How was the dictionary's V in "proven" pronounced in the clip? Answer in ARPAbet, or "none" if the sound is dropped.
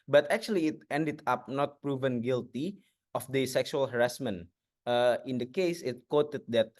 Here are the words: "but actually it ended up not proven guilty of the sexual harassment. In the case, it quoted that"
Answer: V